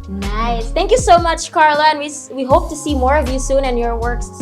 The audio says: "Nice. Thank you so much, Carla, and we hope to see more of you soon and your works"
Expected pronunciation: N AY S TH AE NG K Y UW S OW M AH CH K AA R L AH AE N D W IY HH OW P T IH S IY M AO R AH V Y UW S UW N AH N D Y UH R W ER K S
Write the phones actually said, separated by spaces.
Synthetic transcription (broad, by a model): N AY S TH AE NG K Y UW S OW M AH CH K AA R L AH N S W IY HH OW P T IH S IY M AO R AH V Y UW S UW N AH N Y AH R W ER K S